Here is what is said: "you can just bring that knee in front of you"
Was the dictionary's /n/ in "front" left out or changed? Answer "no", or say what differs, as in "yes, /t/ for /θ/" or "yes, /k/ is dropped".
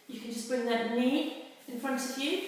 no